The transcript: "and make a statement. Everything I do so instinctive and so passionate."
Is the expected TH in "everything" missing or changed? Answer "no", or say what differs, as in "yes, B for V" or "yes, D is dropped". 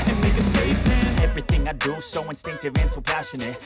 no